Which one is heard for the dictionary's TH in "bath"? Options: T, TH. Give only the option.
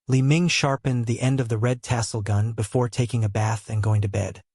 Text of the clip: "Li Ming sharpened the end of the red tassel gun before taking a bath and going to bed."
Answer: TH